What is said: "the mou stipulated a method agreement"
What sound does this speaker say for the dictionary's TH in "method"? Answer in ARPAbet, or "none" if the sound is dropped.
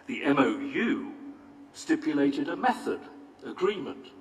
TH